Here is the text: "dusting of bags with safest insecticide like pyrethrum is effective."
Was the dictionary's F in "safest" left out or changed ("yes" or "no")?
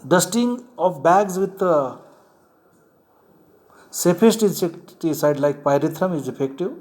yes